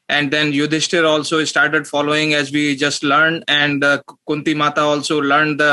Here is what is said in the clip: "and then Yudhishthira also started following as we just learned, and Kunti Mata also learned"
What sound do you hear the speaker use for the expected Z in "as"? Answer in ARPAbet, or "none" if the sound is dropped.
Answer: Z